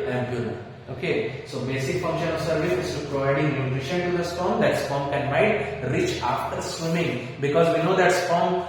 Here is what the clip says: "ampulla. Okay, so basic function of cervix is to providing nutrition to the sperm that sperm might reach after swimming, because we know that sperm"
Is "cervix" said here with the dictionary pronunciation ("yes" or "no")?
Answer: no